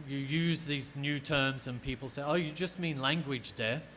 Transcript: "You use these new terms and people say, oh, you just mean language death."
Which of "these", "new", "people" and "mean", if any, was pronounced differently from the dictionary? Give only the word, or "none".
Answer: none